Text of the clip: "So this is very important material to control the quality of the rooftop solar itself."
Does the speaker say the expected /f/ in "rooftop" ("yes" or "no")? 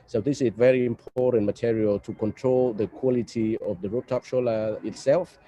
no